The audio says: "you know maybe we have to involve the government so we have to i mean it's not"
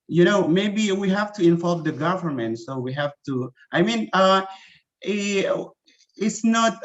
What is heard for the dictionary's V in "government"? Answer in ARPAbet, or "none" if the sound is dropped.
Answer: V